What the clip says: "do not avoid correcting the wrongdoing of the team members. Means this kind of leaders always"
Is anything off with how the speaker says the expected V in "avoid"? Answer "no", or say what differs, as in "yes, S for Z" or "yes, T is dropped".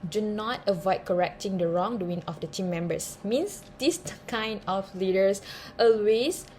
no